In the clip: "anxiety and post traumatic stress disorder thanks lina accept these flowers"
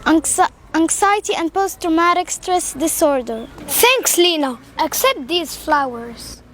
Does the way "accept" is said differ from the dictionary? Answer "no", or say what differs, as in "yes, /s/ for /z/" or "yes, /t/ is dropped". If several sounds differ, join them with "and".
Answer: no